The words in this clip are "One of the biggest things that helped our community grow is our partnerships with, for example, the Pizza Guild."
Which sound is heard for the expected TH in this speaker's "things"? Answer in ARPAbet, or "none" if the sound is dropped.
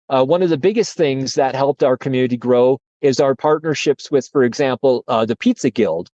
TH